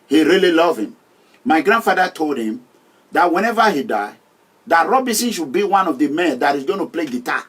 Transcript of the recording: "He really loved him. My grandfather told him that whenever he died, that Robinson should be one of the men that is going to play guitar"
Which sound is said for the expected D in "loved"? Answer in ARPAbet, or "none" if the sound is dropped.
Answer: none